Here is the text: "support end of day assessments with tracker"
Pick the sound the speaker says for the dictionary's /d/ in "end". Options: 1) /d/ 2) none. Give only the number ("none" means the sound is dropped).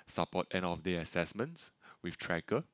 2